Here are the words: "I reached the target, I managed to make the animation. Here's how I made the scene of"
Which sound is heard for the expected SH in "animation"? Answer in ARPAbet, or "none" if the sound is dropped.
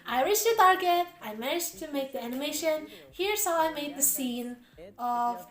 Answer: SH